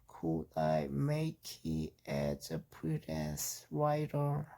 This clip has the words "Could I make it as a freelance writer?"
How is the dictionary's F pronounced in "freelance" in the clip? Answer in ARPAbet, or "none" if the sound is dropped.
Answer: P